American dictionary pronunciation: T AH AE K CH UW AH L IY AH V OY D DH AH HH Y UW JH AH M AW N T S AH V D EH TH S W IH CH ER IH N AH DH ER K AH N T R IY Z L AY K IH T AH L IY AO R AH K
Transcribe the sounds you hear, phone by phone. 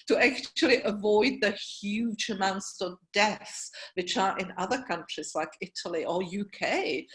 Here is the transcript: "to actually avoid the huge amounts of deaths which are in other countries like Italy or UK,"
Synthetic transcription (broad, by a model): T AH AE K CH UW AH L IY AH V OY D DH AH HH Y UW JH AH M AW N T S AH V D EH TH S W IH CH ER IH N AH DH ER K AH N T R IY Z L AY K IH T AH L IY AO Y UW K